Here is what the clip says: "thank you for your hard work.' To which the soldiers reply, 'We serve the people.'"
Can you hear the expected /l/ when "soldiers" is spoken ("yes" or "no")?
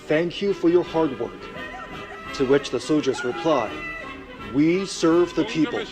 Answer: yes